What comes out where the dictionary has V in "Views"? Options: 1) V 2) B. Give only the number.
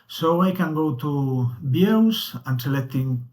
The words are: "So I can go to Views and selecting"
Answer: 2